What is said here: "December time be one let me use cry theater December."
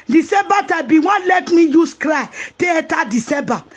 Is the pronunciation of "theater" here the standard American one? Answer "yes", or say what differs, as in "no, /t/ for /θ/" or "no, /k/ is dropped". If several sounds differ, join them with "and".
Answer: no, /t/ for /θ/